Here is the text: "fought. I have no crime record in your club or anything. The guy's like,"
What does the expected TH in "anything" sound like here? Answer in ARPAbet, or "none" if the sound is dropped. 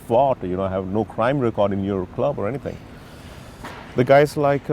T